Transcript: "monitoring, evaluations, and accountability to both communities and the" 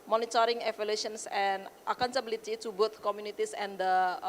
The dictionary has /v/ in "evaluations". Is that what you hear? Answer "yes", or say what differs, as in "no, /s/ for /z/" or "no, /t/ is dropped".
no, /f/ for /v/